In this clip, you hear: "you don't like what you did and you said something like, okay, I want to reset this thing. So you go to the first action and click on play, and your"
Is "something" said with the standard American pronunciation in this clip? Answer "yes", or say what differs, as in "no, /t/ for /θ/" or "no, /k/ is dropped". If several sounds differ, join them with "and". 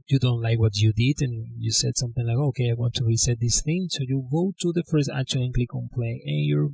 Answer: yes